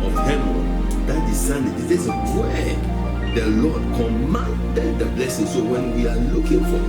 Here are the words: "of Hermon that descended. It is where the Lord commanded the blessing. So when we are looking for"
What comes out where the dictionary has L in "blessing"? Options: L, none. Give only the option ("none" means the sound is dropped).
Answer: L